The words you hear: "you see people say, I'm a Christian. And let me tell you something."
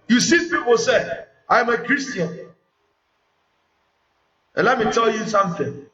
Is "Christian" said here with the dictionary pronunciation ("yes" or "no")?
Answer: no